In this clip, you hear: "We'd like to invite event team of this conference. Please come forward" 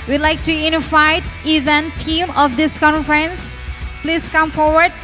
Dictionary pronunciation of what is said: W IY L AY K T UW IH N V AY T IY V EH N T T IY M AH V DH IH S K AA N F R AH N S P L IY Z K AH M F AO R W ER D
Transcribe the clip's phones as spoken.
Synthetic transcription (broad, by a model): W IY L AY K T UW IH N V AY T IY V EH N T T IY M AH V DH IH S K AA N F R AH N S P L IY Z K AH M F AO R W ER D